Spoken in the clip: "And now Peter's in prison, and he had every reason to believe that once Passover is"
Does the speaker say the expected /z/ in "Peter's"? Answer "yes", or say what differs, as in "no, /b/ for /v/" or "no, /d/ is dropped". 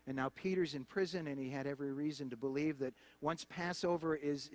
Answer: yes